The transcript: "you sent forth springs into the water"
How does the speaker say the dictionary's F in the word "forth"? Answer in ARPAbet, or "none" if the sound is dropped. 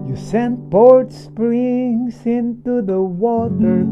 P